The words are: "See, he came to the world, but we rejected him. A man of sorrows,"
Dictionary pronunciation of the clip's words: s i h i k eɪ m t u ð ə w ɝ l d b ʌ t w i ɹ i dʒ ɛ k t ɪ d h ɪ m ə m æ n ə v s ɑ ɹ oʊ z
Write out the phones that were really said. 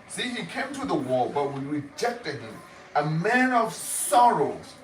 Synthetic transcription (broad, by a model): s i h i k eɪ m t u ð ə w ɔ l b ʌ t w i ɹ i dʒ ɛ k t ɪ d h ɪ m ə m æ n ə v s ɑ ɹ oʊ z